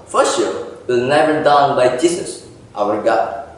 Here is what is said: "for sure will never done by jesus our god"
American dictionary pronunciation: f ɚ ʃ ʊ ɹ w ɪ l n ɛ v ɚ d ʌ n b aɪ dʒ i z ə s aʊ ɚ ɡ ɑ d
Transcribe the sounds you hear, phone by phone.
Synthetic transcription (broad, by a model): f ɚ s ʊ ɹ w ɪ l n ɛ v ɚ d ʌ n b aɪ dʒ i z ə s aʊ ɚ ɡ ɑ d